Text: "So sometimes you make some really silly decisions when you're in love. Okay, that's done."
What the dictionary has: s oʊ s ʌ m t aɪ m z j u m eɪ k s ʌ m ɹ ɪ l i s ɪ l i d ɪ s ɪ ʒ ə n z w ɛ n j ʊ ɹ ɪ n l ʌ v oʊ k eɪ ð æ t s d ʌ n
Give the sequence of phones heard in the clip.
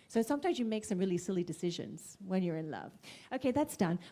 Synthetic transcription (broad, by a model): s oʊ s ʌ m t aɪ m z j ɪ m eɪ k s ʌ m ɹ ɪ l i s ɪ l i d ɪ s ɪ ʒ ə n z w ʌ n j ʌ ɹ ɪ n l ʌ v oʊ k eɪ ð æ t s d ʌ n